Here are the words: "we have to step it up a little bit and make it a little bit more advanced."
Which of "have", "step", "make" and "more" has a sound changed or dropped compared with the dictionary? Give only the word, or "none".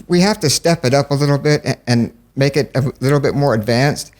have